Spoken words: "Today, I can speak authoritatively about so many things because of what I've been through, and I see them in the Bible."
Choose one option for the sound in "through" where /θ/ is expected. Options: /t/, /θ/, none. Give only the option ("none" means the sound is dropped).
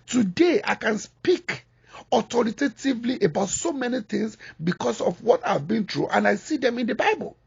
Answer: /t/